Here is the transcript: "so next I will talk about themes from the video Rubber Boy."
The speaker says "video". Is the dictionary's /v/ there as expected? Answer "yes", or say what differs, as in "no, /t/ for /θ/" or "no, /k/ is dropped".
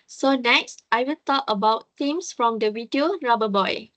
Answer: no, /w/ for /v/